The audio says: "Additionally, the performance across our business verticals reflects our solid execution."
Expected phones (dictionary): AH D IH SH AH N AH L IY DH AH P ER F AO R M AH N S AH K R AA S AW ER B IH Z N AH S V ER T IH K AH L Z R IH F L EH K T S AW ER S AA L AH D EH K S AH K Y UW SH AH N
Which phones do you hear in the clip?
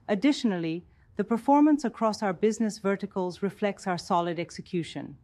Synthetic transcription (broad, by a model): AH D IH SH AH N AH L IY DH AH P ER F AO R M AH N S AH K R AA S AW ER B IH Z N AH S V ER T IH K AH L Z R IH F L EH K T S AW ER S AA L AH D EH K S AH K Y UW SH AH N